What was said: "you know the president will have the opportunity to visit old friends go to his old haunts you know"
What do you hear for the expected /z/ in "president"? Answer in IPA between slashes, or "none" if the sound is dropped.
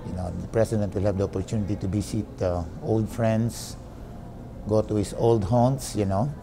/s/